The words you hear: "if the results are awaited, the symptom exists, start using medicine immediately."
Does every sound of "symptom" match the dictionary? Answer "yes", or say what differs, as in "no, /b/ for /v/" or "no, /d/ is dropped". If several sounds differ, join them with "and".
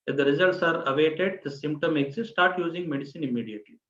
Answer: yes